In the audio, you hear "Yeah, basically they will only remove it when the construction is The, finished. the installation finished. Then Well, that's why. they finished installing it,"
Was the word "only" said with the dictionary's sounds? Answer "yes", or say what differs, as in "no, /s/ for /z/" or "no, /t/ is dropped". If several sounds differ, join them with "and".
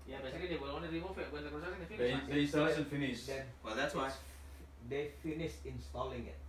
no, /l/ is dropped